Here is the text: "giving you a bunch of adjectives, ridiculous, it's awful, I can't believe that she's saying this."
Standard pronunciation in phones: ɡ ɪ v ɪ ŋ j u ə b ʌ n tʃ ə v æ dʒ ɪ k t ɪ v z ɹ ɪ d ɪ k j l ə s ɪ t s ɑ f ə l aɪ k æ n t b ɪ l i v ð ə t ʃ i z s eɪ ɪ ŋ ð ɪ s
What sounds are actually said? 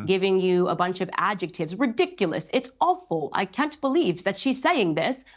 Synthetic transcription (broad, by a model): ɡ ɪ v ɪ ŋ j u ə b ʌ n tʃ ə v æ dʒ ɪ k t ɪ v z ɹ ɪ d ɪ k j l ə s ɪ t s ɑ f l aɪ k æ n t b ɪ l i v ð ə t ʃ i z s eɪ ɪ ŋ ð ɪ s